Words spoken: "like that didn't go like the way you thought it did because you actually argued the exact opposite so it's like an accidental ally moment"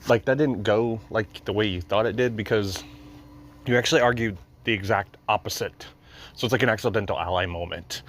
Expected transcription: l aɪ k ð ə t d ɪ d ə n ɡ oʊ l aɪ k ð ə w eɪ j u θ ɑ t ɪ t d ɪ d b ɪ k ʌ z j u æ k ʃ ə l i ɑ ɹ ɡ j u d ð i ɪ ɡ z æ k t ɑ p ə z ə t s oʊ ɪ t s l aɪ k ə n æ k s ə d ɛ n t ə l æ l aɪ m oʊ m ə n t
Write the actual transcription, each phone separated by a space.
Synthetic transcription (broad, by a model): l aɪ k ð ə t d ɪ d n ɡ oʊ l aɪ k ð ə w eɪ j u θ ɑ t ɪ t d ɪ d b ɪ k ʌ z j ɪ æ k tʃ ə l i ɑ ɹ ɡ j u d ð i ɪ ɡ z æ k t ɑ p ə z ə t s oʊ ɪ t s l aɪ k ə n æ k s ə d ɛ n t l æ l aɪ m oʊ m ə n t